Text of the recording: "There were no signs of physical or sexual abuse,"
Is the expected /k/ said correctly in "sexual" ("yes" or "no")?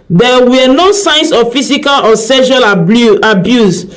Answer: no